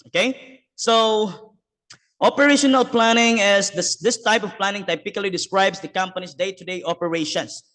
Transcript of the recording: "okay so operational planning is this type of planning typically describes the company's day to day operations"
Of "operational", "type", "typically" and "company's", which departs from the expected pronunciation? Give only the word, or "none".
company's